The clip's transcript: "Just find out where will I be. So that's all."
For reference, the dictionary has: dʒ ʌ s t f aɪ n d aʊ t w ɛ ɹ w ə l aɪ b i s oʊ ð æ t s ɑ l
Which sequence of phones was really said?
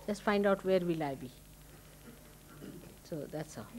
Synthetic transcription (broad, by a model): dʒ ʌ s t f aɪ n d aʊ t w ɛ ɹ w ə l aɪ b i s oʊ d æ t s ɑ